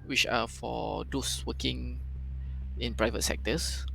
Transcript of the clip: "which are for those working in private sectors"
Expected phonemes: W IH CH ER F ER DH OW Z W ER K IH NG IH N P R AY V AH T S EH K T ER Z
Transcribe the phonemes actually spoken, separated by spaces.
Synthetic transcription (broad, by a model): W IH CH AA F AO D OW S W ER K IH NG IH N P R AY V AH T S EH K T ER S